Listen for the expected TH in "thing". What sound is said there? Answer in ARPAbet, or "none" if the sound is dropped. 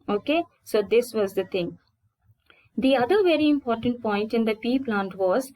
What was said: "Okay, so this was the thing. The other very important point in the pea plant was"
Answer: T